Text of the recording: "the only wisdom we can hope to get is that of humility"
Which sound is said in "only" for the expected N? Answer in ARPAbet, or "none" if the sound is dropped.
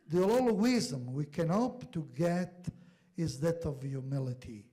L